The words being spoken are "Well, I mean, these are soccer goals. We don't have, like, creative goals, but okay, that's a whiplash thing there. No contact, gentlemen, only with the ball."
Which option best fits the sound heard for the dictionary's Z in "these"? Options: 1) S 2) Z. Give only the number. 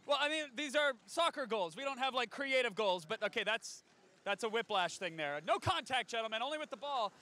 2